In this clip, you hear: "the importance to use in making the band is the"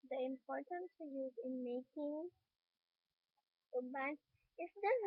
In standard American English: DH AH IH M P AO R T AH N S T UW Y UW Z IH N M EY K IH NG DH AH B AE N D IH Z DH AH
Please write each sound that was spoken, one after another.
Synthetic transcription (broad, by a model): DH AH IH M P AO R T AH N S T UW Y UW Z IH N M EY K IH NG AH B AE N IH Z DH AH